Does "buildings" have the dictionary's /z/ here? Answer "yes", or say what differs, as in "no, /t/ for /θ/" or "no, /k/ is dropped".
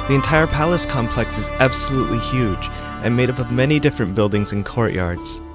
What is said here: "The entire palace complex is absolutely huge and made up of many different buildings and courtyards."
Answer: yes